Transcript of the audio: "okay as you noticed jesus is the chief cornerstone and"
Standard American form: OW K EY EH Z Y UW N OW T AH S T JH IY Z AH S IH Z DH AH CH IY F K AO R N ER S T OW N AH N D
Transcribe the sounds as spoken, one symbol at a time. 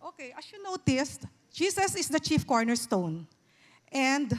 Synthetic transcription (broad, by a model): OW K EY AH S Y UW N OW T AH S T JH IY S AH S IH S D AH CH IY F K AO R N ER S T OW N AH N D